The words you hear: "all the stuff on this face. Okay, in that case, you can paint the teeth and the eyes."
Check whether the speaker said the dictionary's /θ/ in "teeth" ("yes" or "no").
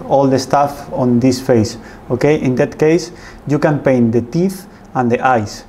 yes